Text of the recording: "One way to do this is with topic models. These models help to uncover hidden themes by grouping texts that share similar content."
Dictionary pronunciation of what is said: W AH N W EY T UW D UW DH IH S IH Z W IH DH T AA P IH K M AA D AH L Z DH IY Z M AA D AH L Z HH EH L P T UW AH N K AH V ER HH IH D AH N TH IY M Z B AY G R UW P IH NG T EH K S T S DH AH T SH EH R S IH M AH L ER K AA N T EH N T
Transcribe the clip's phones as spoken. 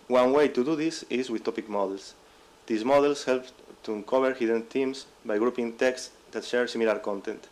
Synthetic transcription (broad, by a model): W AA N W EY T UW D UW DH IH S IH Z W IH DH T AA P IH K M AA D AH L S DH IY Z M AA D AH L S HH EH L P T UW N K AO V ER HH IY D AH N T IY M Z B AY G R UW P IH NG T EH K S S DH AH T SH EH R S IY M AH L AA K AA N T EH N T